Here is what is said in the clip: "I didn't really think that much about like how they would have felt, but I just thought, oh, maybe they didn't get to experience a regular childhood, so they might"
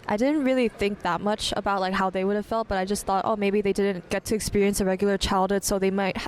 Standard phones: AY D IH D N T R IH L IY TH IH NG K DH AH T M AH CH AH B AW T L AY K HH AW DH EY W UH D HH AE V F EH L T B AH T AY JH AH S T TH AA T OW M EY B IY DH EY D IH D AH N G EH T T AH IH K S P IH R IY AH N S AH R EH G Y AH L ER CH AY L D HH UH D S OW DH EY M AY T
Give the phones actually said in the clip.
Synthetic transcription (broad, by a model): AY D IH D N T R IH L IY TH IH NG K DH AH T M AH CH AH B AW T L AY K HH AW DH EY W UH D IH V F EH L T B AH T AY JH AH S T TH AA T OW M EY B IY DH EY D IH D N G EH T T IH K S P IH R IY AH N S AH R EH G Y L ER CH AY L D HH UH D S OW DH EY M AY T